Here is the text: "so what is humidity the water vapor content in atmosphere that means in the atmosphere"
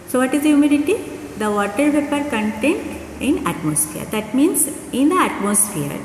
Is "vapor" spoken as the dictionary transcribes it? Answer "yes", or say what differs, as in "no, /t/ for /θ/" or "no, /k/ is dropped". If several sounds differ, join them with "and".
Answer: no, /p/ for /v/